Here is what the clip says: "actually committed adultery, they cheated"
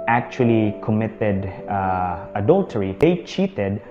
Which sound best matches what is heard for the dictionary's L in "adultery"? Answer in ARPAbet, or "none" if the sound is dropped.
L